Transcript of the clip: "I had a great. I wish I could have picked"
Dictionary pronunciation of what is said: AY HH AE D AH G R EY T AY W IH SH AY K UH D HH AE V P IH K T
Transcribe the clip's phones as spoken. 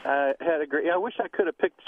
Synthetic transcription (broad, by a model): AY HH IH D AH G R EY AY W IH SH AY K UH D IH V P IH K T